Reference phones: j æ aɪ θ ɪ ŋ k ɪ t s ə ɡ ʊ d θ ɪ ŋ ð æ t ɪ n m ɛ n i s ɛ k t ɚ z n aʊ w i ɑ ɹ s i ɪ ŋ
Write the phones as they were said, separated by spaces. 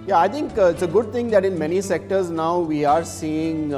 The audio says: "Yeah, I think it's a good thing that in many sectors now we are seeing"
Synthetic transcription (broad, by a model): j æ aɪ t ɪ ŋ k ɪ t s ə ɡ ʊ d t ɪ ŋ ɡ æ t ɪ n m ɛ n i s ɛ k t ɚ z n aʊ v i ɑ ɹ s i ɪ ŋ